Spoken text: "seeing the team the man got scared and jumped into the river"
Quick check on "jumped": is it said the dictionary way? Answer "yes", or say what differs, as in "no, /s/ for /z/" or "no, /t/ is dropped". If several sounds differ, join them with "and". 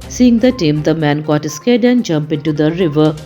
no, /t/ is dropped